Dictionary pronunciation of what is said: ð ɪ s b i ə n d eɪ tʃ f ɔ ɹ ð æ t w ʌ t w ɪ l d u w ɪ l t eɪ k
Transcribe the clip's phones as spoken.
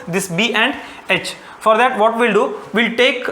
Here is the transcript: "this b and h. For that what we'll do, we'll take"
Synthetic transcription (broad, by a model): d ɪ s b i ə n d eɪ tʃ f ɔ ɹ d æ t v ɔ t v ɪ l d u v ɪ l t eɪ k